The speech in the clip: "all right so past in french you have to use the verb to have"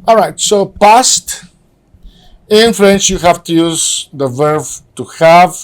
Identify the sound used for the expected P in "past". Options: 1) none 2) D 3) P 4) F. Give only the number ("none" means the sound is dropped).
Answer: 3